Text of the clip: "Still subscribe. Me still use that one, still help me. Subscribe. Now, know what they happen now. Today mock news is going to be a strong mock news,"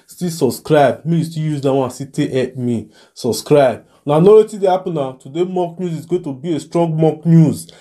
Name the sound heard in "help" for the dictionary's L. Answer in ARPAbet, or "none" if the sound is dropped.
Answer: none